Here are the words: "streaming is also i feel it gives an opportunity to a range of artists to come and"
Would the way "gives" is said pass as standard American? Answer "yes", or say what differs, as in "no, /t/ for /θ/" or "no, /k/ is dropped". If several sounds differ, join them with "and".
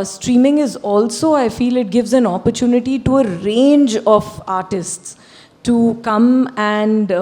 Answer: yes